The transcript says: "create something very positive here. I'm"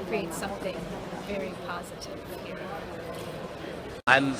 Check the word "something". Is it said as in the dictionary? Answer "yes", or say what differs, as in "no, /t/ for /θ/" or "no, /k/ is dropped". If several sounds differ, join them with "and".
yes